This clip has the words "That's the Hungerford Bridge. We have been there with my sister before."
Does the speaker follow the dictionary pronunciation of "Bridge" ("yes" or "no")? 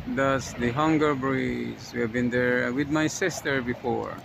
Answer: no